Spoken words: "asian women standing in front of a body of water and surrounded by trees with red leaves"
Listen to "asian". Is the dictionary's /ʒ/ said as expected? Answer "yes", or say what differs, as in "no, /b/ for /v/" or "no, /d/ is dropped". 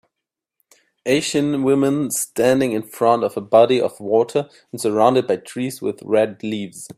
no, /ʃ/ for /ʒ/